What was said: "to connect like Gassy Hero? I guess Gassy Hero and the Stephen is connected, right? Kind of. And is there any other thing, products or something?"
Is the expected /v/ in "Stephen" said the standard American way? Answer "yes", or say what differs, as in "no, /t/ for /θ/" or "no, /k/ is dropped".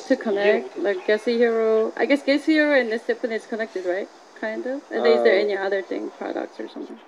no, /p/ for /v/